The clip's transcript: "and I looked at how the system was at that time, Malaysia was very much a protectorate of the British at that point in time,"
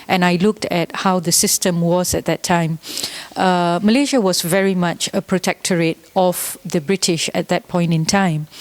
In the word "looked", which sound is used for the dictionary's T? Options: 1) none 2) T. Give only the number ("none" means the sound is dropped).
2